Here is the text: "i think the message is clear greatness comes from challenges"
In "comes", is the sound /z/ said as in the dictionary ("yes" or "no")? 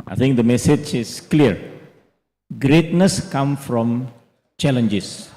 no